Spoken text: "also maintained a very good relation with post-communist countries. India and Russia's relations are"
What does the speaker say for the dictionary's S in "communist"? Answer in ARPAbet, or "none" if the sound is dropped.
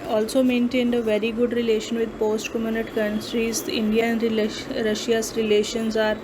none